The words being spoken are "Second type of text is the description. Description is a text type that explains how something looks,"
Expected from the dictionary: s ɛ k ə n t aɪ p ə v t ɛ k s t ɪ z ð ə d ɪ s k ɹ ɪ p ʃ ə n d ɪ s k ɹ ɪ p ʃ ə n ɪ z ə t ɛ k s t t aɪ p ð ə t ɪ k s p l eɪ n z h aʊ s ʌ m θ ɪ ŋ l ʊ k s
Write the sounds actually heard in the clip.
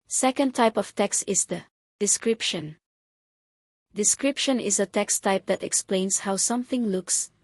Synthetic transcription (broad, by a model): s ɛ k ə n t aɪ p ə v t ɛ k s t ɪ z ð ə d ɪ s k ɹ ɪ p ʃ ə n d ɪ s k ɹ ɪ p ʃ ə n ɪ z ə t ɛ k s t t aɪ p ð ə t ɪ k s p l eɪ n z h aʊ s ʌ m θ ɪ ŋ l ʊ k s